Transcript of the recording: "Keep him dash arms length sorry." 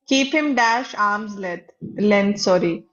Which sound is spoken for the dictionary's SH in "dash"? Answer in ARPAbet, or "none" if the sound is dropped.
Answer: SH